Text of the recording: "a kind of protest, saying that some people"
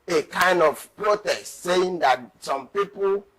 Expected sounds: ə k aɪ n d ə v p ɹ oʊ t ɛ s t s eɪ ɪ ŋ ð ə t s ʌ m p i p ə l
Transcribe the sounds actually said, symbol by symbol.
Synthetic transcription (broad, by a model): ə k aɪ n d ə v p ɹ oʊ t ɛ s t s eɪ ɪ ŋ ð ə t s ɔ m p i p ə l